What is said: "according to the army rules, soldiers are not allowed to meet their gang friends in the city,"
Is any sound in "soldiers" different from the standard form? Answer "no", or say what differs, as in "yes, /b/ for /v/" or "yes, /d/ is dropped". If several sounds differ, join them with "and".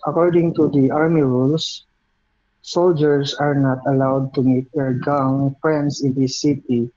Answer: yes, /s/ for /z/